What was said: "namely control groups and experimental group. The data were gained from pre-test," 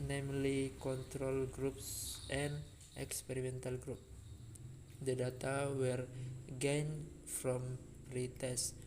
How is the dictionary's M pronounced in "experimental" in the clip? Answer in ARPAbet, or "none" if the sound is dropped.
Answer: M